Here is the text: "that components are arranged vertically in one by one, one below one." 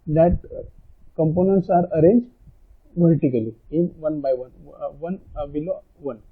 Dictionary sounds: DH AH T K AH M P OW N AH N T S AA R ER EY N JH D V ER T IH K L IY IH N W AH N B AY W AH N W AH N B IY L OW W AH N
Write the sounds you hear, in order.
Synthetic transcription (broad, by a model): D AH T K AH M P OW N AH N T S AA R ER EY N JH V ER T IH K L IY IH N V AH N B AY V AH N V AH N B IY L OW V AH N